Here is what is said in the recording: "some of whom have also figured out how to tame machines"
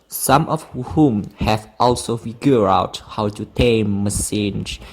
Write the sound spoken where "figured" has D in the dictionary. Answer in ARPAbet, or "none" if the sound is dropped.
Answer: none